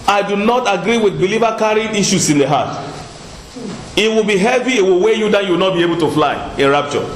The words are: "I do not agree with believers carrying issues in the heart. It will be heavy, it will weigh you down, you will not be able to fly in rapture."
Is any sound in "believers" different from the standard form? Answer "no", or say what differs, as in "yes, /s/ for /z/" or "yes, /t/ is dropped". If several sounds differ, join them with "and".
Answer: yes, /z/ is dropped